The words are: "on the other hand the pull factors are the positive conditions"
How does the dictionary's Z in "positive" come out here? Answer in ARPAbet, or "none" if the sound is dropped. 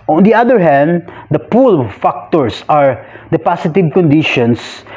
S